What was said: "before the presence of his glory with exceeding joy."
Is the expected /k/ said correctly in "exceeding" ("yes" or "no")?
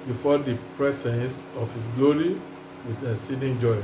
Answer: no